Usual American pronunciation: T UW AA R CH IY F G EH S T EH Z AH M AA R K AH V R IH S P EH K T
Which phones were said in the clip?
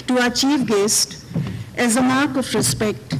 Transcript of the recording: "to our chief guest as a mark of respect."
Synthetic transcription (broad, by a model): T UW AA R CH IY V G EH S T EH Z AH M AA R K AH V R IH S P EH K T